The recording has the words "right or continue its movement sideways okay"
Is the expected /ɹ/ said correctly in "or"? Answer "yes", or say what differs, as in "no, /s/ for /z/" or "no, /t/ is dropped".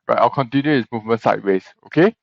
no, /l/ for /ɹ/